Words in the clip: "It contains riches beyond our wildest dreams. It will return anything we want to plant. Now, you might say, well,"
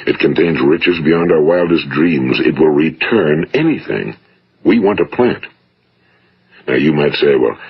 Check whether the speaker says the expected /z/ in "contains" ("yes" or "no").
yes